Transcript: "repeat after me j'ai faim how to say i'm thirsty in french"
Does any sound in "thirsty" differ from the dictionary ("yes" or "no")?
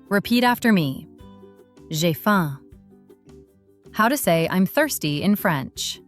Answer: no